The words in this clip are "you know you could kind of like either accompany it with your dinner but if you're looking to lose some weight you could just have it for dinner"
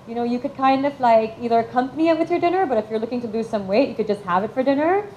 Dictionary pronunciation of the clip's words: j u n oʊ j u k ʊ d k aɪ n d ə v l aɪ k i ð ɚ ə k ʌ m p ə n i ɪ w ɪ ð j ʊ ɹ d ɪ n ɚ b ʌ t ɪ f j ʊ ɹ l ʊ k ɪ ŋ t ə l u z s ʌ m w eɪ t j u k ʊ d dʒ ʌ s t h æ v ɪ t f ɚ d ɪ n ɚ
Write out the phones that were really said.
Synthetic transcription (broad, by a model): j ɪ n oʊ j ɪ k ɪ d k aɪ n d ə v l aɪ k i ð ɚ ə k ʌ m p ə n i ɪ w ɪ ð j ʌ ɹ d ɪ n ɚ b ʌ t ɪ f j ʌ ɹ l ʊ k ɪ ŋ t ə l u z s ʌ m w eɪ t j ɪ k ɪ d dʒ ʌ s t h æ v ɪ t f ɚ d ɪ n ɚ